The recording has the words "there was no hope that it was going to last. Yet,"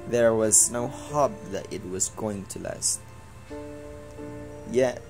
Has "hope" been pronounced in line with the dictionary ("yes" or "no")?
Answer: no